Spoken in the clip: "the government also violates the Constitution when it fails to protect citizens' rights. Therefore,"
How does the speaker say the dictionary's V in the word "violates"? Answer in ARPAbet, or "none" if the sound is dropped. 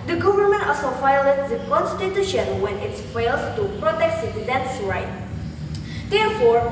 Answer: F